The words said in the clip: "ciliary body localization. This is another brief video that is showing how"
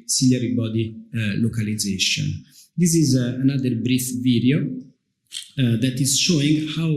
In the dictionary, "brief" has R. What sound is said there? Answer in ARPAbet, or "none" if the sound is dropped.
R